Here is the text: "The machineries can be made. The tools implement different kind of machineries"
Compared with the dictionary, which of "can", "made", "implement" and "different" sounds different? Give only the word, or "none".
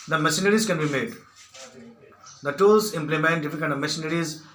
different